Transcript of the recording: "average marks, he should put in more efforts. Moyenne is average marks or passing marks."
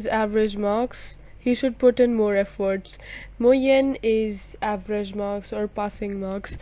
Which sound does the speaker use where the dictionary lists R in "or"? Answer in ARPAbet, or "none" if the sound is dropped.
R